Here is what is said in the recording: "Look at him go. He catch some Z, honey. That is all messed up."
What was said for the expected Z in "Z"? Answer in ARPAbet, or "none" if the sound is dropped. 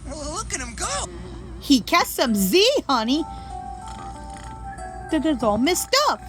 Z